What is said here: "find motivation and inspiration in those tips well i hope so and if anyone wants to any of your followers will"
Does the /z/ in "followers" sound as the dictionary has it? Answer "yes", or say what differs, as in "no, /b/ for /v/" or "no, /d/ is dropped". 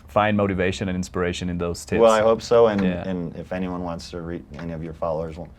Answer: yes